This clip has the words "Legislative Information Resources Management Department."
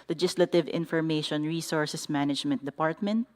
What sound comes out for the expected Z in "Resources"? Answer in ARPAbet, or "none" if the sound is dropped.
S